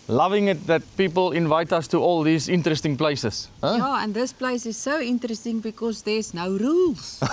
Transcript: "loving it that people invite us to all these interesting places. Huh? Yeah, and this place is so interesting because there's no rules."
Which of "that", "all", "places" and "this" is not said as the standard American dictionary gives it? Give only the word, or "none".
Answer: places